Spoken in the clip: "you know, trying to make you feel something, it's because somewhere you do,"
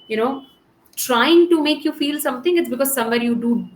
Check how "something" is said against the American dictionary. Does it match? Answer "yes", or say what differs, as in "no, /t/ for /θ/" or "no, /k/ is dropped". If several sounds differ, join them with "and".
no, /t/ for /θ/